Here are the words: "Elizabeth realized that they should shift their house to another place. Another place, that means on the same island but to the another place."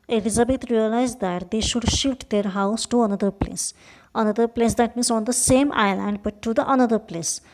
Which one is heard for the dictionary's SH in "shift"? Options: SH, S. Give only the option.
SH